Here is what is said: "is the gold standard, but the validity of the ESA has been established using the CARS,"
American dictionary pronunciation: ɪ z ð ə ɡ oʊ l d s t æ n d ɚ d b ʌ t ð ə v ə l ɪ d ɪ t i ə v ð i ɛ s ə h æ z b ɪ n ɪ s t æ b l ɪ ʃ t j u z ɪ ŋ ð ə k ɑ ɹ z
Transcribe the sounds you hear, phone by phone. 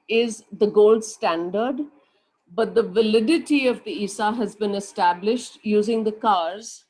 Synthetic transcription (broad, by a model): ɪ z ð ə ɡ oʊ l d s t æ n d ɚ d b ʌ t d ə v ə l ɪ d ɪ t i ə v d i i s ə h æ z b ɪ n ɪ s t æ b l ɪ ʃ t j u z ɪ ŋ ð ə k ɑ ɹ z